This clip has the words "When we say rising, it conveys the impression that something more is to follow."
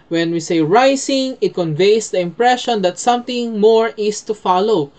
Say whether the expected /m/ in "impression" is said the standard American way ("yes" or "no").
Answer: yes